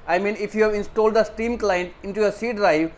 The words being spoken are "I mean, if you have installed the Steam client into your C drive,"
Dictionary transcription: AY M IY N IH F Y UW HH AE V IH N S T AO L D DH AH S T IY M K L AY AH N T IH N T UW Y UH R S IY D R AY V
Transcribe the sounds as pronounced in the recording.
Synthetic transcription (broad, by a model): AY M IY N IH F Y UW HH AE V IH N S T AO L D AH S T IY M K L AY AH N T IH N T UW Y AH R S IY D R AY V